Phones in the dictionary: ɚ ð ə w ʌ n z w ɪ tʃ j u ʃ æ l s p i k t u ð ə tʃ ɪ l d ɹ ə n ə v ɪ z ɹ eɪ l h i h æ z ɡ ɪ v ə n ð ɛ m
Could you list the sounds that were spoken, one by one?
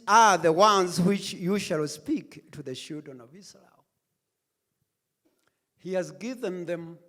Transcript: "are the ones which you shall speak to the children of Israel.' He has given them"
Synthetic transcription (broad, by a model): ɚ ð ə w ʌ n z w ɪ tʃ j u ʃ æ l s p i k t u ð ə ʃ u d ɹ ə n ə v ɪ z ɹ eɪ l h i h æ z ɡ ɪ v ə n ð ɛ m